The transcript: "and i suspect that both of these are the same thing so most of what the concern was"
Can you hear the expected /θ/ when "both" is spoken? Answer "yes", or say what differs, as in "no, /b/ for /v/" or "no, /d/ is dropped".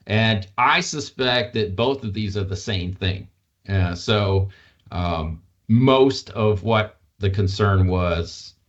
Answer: yes